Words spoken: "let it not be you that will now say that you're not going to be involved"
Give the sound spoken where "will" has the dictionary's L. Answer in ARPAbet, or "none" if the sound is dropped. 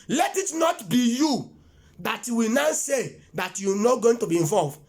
W